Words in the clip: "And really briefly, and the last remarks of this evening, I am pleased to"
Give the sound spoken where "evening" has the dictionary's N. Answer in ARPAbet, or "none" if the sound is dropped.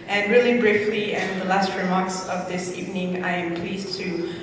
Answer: N